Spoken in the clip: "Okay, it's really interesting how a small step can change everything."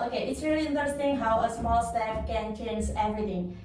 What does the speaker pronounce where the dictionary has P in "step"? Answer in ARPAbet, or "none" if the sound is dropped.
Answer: F